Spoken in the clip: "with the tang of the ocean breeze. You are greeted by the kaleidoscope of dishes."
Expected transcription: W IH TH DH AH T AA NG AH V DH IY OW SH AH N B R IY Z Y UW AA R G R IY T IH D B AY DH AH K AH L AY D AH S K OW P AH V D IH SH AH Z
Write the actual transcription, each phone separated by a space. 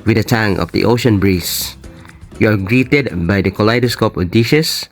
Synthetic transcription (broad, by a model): W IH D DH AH T AA NG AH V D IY OW SH AH N B R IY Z Y UW AA R G R IY T IH D B AY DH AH K AH L AY D AH S K OW P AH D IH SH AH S